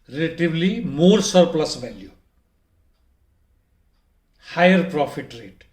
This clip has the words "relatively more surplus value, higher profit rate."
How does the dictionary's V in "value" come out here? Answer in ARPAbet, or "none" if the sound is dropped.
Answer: B